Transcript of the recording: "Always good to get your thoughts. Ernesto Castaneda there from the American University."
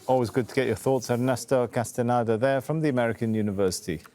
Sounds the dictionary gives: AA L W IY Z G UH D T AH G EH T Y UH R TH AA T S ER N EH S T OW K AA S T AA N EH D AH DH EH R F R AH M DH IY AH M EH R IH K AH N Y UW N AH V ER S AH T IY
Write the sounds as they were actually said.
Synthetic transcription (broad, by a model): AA L W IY Z G UH D T AH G EH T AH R TH AA T S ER N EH S T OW K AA S T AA N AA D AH DH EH F R AH M DH IY AH M EH R IH K AH N Y UW N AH V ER S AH T IY